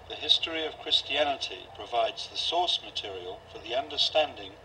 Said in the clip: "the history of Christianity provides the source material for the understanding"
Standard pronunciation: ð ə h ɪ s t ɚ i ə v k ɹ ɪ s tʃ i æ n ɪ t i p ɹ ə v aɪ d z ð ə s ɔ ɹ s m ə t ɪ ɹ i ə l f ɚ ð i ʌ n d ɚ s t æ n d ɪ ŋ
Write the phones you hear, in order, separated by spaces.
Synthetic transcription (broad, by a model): ð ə h ɪ s t ɚ i ə v k ɹ ɪ s tʃ i æ n ɪ t i p ɹ ə v aɪ d z ð ə s ɔ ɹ s m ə t ɪ ɹ i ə l f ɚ ð i ʌ n d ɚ s t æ n d ɪ ŋ